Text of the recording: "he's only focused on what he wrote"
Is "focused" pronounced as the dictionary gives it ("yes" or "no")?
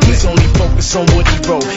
no